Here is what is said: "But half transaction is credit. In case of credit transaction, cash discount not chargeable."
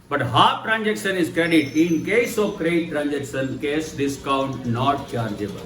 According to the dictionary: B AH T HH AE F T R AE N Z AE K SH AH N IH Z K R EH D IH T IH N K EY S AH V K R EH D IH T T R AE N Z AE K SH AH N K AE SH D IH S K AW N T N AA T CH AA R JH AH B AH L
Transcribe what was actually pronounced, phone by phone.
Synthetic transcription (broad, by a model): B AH T HH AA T R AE N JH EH K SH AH N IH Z K R EH D IH T IH N K EY S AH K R D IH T T R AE N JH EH K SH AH N K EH S D IH S K AW N T N AA T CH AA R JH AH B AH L